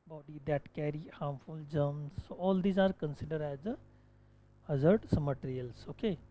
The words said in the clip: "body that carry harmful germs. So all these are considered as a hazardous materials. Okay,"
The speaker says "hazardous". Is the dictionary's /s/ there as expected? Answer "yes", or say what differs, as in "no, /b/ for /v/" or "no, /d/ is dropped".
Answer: no, /s/ is dropped